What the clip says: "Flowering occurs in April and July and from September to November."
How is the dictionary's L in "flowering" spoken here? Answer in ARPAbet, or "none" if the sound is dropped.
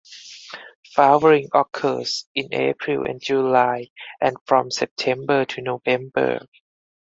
none